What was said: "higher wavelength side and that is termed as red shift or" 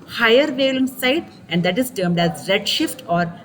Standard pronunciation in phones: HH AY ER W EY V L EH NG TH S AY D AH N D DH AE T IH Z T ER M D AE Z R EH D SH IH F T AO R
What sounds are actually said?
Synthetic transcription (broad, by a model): HH AY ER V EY L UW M S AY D AH N D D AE T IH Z T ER M D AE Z R EH D SH IH F T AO R